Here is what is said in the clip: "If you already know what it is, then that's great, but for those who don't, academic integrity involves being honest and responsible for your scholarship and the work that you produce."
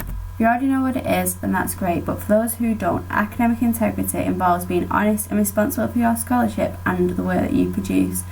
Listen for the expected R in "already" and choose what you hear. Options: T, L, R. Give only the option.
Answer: L